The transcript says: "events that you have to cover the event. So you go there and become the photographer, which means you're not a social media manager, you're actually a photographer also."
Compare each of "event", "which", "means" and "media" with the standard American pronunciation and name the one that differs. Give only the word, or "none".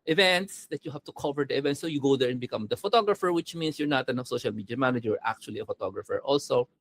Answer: means